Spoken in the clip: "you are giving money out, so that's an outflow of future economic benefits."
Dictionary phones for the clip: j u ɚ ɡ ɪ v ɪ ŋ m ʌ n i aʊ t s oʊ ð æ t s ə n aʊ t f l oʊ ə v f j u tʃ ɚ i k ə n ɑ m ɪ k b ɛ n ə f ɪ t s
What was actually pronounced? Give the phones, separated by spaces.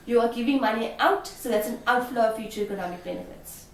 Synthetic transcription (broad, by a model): j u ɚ ɡ ɪ v ɪ ŋ m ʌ n i aʊ t s oʊ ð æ t s ə n aʊ t f l oʊ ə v f j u tʃ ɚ i k ə n ɑ m ɪ k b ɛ n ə f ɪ t s